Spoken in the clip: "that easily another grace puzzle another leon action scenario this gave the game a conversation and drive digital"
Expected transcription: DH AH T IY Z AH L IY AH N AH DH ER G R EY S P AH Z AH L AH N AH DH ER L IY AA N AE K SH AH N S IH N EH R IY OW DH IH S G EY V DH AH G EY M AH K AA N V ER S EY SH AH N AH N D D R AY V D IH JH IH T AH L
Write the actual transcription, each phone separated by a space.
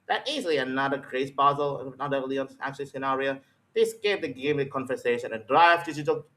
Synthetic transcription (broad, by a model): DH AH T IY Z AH L IY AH N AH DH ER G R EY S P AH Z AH L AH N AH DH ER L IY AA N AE K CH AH L S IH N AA R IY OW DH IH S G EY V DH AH G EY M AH K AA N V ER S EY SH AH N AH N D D R AY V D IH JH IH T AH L